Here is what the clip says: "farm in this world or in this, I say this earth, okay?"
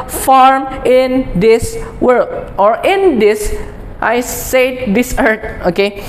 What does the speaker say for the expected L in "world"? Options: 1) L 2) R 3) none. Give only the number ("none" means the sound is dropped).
3